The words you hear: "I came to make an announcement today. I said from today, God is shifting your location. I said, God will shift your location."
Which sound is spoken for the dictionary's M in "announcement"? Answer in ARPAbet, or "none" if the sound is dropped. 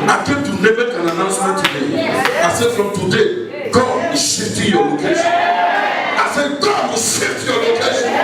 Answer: none